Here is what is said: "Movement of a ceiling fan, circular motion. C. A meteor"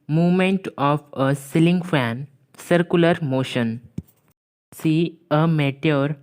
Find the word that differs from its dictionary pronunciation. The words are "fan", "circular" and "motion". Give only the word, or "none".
none